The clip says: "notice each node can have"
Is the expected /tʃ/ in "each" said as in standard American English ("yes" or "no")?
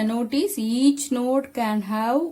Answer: yes